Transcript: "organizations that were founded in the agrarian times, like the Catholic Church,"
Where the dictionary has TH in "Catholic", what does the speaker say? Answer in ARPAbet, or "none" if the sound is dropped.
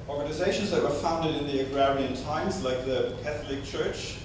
TH